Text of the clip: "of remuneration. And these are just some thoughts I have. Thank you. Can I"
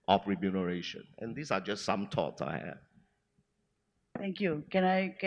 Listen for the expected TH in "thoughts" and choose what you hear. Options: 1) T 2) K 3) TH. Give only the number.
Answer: 1